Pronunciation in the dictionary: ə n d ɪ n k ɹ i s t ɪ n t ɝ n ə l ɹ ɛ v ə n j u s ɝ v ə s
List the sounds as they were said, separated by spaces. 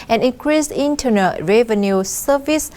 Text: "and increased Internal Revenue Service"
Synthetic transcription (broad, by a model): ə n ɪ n k ɹ i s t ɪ n t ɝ n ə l ɹ ɛ v ə n j u s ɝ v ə s